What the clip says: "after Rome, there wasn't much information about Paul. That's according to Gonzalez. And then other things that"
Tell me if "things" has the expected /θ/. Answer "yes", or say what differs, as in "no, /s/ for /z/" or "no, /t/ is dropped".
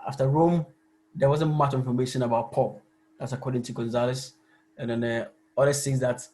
no, /s/ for /θ/